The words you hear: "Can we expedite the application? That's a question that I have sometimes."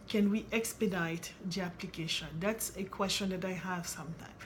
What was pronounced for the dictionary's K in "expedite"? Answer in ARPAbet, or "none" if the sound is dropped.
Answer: K